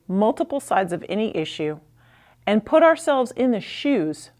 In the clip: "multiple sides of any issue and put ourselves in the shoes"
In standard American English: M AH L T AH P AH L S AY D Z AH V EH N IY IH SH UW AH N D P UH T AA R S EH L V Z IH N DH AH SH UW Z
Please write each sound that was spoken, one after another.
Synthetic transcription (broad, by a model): M AH L T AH P L S AY D Z AH V EH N IY IH SH UW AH N P UH T AA R S EH L V Z IH N DH AH SH UW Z